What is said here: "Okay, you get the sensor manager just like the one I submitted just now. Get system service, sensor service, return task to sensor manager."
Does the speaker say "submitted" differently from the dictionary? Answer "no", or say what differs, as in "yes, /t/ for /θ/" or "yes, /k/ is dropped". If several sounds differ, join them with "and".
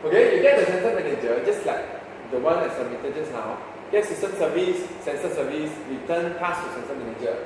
yes, /b/ is dropped